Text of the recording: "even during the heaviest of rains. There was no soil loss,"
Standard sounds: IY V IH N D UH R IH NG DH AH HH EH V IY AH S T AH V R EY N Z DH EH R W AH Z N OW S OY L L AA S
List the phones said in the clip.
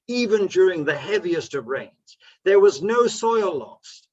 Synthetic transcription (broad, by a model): IY V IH N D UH R IH NG DH AH HH EH V IY AH S T AH V R EY N Z DH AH R W AH Z N OW S OY L L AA S